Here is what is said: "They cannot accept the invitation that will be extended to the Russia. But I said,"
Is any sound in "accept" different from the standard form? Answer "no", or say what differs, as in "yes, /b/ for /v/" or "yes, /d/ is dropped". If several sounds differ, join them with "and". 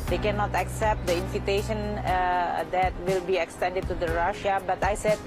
no